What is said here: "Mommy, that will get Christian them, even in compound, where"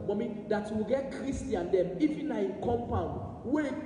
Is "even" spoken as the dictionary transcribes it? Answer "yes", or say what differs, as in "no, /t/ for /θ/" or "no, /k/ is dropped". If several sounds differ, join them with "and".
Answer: no, /f/ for /v/